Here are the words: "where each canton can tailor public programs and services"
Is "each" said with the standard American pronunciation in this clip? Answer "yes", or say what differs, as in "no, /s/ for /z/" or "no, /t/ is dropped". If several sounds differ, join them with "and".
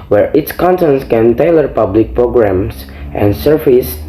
no, /s/ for /tʃ/